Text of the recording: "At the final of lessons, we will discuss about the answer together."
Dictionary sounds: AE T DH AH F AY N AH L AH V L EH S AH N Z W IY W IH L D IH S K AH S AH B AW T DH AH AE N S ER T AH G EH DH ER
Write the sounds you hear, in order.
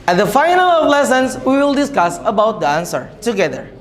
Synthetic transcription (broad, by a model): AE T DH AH F AY N AH L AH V L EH S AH N S W IY W IH L D IH S K AH S AH B AW T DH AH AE N S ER T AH G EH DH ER